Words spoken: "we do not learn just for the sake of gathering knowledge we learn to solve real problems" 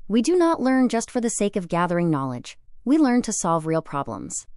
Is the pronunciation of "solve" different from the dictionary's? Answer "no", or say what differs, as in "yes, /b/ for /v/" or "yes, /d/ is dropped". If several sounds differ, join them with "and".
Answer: no